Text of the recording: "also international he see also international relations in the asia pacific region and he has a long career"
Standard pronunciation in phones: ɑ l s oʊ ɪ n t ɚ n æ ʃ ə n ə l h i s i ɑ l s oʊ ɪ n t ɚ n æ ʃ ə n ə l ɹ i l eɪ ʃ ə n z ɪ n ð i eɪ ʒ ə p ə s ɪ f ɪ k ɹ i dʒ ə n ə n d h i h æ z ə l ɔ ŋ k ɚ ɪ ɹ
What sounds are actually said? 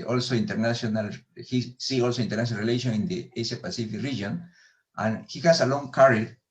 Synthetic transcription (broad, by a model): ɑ l s oʊ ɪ n t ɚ n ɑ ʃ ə n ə l h i s i ɑ l s oʊ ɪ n t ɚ n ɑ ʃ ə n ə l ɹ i l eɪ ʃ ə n ɪ n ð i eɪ s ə p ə s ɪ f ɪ k ɹ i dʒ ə n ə n h i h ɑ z ə l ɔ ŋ k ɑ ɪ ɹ